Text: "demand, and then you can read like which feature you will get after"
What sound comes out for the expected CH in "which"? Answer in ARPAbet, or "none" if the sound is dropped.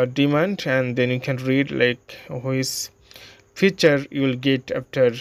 S